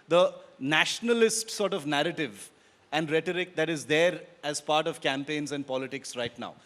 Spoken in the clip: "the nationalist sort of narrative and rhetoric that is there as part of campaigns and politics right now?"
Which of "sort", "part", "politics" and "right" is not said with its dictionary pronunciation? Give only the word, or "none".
none